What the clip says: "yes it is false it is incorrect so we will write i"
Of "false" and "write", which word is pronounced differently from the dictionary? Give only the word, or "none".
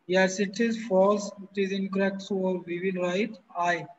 false